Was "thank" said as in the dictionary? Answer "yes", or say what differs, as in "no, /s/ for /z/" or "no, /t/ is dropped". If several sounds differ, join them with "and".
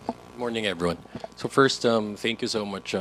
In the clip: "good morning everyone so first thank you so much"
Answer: yes